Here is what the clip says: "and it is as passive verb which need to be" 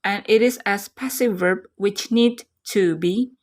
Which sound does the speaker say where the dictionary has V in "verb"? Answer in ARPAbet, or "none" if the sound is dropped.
V